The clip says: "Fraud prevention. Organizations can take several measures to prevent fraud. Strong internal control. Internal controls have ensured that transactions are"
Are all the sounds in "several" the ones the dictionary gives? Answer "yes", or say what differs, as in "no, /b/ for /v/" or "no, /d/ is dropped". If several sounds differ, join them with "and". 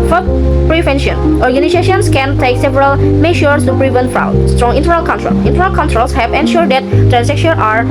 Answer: yes